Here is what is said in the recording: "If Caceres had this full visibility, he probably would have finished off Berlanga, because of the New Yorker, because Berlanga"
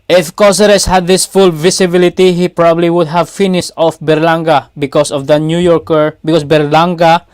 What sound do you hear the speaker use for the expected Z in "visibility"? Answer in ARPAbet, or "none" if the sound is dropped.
S